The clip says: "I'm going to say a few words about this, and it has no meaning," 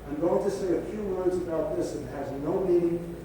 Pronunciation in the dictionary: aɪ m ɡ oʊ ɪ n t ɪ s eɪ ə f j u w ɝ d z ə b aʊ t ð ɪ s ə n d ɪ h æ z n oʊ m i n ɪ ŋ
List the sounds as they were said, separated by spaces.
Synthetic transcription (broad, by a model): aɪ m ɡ oʊ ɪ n t ɪ s eɪ ə f j u w ɝ d z ə b aʊ t ð ɪ s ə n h ɪ z n oʊ m i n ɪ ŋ